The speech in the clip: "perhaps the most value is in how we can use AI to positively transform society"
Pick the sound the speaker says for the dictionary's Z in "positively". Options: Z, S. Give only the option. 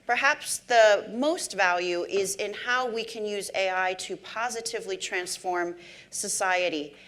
Z